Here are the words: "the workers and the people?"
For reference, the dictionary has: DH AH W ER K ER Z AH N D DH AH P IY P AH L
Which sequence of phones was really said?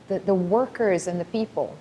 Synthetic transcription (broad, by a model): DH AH W ER K ER Z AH N DH AH P IY P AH L